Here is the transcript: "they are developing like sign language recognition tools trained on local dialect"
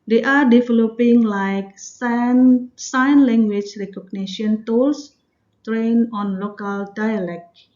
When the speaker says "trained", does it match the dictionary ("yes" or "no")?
no